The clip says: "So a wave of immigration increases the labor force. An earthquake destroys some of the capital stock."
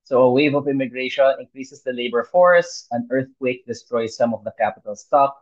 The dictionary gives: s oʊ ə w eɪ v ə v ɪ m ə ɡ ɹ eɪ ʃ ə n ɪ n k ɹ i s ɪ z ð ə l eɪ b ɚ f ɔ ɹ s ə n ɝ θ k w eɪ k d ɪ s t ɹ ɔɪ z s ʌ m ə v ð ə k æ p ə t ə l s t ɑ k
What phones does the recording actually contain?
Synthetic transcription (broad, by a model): s oʊ ə w eɪ v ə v ɪ m ə ɡ ɹ eɪ ʃ ə n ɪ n k ɹ i s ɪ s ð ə l eɪ b ɚ f ɔ ɹ s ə n ɝ θ k w eɪ k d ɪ s t ɹ ɔɪ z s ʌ m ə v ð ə k æ p ə t ə l s t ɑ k